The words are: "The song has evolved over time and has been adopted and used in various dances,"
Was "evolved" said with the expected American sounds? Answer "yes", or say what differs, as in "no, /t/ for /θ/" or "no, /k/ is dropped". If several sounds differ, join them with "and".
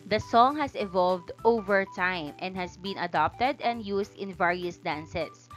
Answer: yes